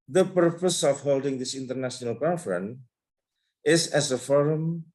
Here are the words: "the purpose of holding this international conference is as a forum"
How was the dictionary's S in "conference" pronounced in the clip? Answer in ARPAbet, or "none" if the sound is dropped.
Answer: none